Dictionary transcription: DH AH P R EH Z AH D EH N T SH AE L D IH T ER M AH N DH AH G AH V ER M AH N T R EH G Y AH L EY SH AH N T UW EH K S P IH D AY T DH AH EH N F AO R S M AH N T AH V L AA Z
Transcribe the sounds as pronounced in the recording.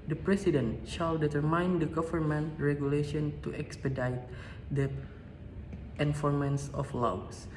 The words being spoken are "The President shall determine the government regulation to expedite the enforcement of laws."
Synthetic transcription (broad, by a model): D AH P R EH S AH D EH N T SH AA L D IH T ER M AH N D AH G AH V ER M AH N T R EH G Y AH L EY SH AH N T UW EH K S P IH D AY T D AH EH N F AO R M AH N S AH F L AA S